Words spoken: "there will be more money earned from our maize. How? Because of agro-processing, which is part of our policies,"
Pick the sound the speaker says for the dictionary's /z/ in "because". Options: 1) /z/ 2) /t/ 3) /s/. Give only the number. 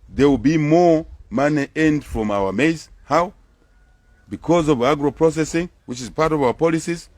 1